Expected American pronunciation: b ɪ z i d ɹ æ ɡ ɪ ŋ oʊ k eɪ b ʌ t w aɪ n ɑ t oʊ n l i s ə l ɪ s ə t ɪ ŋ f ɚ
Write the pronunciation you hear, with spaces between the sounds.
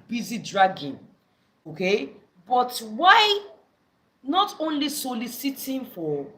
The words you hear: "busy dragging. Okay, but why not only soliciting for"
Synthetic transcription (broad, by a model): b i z i d ɹ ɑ ɡ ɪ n oʊ k eɪ b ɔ t w aɪ n ɑ t oʊ n l i s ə l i s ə t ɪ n f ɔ